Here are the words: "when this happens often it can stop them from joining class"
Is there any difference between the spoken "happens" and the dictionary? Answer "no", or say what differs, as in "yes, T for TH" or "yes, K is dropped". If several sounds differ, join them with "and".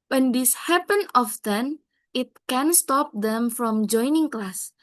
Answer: yes, Z is dropped